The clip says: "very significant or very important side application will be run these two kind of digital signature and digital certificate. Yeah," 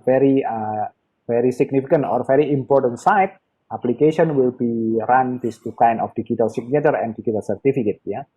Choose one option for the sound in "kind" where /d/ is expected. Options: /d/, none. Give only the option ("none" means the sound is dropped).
none